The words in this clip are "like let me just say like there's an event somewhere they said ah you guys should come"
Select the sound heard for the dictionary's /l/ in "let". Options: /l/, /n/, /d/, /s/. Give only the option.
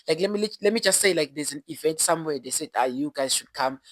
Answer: /l/